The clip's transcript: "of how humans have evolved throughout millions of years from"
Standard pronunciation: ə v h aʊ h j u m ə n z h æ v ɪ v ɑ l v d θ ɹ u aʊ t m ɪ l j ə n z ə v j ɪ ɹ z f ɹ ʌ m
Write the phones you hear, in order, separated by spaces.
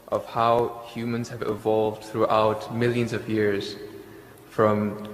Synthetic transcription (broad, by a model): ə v h aʊ h j u m ə n z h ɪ v ɪ v ɑ l v d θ ɹ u aʊ t m ɪ l j ə n z ə v j ɪ ɹ z f ɹ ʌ m